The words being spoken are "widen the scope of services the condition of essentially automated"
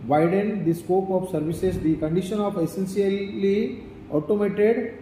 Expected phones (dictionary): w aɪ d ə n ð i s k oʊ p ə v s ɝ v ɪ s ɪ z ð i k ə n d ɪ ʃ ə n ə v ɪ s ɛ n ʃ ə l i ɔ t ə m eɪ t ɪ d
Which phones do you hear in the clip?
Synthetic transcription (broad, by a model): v aɪ d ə n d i s k oʊ p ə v s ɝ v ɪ s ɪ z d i k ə n d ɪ ʃ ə n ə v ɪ s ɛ n s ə l i ɔ t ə m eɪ t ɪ d